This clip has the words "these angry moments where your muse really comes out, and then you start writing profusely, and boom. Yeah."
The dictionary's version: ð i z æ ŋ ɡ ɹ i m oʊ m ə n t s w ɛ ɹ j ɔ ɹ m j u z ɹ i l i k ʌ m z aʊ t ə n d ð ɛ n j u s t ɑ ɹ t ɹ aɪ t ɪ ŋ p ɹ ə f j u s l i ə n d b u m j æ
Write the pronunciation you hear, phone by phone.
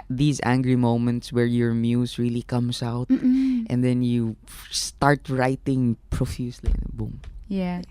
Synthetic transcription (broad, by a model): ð i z æ ŋ ɡ ɹ i m oʊ m ə n t s w ɛ ɹ j ɔ ɹ m j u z ɹ i l i k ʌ m s aʊ t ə n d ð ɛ n j u s t ɑ ɹ t ɹ aɪ t ɪ ŋ p ɹ ə f j u s l i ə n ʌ b u m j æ